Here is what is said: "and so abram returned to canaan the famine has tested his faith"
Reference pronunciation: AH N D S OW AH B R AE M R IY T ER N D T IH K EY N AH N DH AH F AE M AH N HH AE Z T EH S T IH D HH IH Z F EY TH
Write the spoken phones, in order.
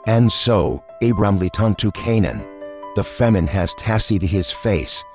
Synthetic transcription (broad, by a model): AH N S OW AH B R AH M L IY T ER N T IH K EY N AH N DH AH F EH M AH N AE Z T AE S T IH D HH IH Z F EY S